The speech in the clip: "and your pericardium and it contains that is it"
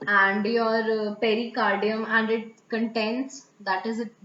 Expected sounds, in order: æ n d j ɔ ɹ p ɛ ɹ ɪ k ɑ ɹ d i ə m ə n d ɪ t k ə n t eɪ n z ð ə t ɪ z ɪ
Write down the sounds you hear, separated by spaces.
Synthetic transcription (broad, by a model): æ n d j ɔ ɹ p ɛ ɹ ɪ k ɑ ɹ d i ə m ə n d ɪ t k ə n t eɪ n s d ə t ɪ z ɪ